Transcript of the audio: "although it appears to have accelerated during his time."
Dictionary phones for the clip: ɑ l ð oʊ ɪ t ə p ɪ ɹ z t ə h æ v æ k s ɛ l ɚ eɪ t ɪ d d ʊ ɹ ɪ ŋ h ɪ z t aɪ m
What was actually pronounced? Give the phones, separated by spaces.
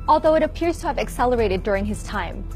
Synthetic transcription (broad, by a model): ɑ l ð oʊ ɪ t ə p ɪ ɹ z t ə v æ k s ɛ l ɚ eɪ t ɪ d d ʊ ɹ ɪ ŋ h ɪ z t aɪ m